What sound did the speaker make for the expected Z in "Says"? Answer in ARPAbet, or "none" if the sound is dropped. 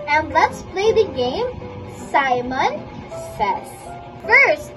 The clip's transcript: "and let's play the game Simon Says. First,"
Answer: S